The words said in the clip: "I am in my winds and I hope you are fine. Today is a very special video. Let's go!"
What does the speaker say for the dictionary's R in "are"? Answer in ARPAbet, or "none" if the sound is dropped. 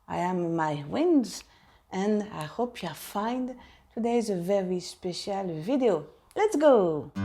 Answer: L